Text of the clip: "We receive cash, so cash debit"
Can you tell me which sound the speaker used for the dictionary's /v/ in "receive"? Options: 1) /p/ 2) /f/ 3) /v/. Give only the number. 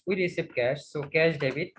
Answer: 1